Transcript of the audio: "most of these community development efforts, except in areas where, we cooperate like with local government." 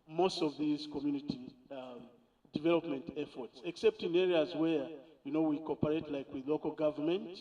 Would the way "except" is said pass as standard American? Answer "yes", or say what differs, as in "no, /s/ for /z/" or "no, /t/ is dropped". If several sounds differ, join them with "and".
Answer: yes